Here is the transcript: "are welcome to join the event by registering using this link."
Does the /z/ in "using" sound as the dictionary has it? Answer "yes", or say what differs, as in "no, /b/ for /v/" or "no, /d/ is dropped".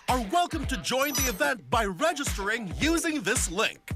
yes